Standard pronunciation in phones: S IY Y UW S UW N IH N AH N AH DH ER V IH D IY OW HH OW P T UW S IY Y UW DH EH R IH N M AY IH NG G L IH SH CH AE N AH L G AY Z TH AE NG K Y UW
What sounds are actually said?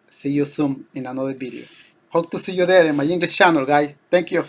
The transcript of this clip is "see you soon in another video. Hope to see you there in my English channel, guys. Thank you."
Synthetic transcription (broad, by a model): S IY Y UW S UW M IH N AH N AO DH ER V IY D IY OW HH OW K T UW S IY Y UW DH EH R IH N M AY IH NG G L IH S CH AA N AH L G AY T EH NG K Y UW